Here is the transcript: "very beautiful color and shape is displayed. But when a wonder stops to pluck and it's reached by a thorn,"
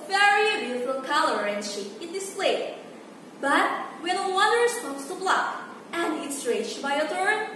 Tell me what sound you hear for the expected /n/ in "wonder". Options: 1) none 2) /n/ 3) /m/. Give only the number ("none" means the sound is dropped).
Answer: 1